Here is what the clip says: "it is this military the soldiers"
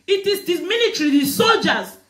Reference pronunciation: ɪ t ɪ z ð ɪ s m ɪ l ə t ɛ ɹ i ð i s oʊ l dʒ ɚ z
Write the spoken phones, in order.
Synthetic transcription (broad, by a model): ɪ t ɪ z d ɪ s m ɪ n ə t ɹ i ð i s oʊ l dʒ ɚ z